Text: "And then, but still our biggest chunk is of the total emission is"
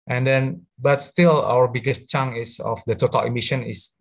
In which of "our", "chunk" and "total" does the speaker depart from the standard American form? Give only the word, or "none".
chunk